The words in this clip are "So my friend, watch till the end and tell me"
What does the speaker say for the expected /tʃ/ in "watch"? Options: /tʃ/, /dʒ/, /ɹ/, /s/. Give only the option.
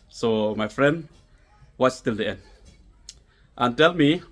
/s/